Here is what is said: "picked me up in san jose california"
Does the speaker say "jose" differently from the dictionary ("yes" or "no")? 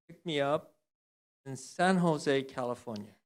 no